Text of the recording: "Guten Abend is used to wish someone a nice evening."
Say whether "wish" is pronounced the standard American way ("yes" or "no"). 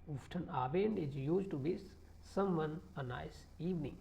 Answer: no